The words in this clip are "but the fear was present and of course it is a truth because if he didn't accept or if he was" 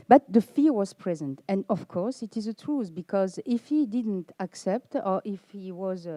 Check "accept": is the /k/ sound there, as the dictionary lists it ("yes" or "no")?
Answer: yes